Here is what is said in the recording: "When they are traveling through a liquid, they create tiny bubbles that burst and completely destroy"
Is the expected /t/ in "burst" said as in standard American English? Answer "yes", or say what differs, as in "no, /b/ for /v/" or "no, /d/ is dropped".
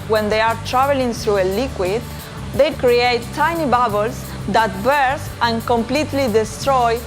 no, /t/ is dropped